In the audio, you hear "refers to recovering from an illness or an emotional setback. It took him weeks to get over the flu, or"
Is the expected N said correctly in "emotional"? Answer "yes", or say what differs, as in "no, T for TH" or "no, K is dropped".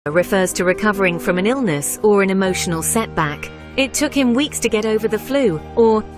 yes